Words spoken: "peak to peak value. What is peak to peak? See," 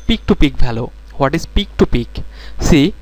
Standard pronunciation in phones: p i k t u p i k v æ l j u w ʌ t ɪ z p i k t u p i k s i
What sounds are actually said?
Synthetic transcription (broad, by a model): p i k t u p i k b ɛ l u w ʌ t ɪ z p i k t u p i k s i